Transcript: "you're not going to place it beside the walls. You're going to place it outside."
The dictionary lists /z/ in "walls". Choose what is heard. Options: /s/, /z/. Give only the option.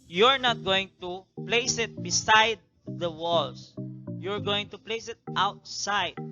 /s/